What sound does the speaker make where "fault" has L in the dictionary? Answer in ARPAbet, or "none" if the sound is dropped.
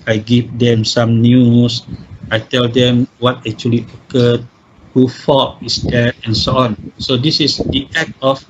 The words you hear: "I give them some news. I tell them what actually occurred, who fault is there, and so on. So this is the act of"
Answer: none